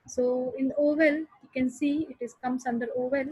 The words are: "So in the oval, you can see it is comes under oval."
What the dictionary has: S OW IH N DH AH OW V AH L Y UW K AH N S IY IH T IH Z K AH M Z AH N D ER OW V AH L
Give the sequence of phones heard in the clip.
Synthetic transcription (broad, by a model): S OW IH N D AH OW V AH L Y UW K AH N S IY IH T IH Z K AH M S AH N D ER OW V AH L